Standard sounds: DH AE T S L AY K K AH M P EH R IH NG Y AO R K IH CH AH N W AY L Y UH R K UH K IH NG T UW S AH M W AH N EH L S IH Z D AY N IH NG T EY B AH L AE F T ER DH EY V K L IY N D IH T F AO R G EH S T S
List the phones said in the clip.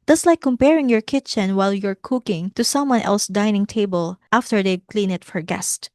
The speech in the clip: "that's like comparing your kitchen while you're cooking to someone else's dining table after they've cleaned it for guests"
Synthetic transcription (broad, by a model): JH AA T S L AY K K AH M P EH R IH NG Y AO R K IH CH AH N W AY L Y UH R K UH K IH NG T UW S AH M W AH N EH L S D AY N IH NG T EY B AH L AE F T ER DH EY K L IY N IH T F AO R G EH S T